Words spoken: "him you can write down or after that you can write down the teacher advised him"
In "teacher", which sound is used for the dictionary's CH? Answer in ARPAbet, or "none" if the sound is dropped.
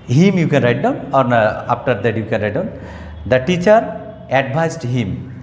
CH